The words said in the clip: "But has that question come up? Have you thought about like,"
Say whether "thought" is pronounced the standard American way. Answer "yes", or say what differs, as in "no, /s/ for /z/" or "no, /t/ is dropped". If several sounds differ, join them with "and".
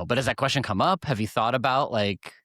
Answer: yes